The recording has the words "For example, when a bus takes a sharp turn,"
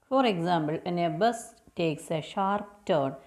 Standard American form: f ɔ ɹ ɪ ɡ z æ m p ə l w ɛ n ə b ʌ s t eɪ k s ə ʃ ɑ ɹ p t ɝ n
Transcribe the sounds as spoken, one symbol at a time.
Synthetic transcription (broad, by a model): f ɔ ɹ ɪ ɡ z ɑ m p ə l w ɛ n ə b ʌ s t eɪ k s ə ʃ ɑ ɹ p t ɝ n